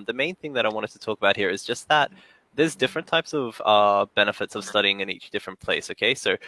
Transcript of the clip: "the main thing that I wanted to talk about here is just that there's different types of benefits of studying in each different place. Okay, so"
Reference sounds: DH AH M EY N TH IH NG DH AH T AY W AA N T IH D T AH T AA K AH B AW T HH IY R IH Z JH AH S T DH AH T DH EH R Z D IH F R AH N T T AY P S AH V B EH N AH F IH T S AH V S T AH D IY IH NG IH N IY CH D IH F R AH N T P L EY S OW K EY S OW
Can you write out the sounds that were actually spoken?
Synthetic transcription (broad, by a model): DH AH M EY N TH IH NG DH AH T AY W AA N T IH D T AH T AA K AH B AW T HH IY R IH Z JH AH S T DH AH T DH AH R Z D IH F R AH N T T AY P S AH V B EH N AH F IH T S AH V S T AH D IY IH NG IH N IY CH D IH F R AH N P L EY S OW K EY S OW